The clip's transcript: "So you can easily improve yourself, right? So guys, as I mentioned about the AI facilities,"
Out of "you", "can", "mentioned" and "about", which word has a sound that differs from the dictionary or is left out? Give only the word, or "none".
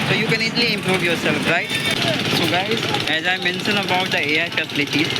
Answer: mentioned